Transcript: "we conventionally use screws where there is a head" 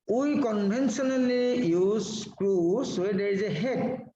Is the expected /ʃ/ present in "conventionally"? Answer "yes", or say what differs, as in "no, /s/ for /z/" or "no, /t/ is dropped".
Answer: no, /s/ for /ʃ/